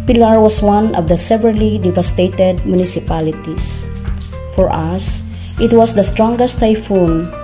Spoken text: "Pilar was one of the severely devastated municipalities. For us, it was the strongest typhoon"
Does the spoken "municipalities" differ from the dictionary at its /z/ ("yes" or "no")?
yes